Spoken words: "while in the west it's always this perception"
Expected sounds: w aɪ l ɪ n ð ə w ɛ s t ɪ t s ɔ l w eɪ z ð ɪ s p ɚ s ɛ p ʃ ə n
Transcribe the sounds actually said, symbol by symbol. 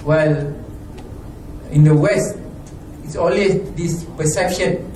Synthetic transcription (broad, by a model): w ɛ l ɪ n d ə w ɛ s t ɪ t s ɔ l w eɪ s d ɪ s p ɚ s ɛ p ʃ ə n